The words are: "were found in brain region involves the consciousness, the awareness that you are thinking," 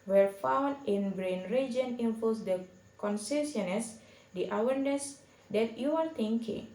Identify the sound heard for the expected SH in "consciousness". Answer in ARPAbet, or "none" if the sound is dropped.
S